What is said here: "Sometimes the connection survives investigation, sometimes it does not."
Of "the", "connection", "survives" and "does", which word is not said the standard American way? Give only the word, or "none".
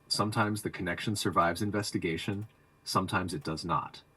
none